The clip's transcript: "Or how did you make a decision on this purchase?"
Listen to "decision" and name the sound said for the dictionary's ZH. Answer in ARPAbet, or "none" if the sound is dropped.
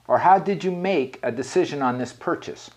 ZH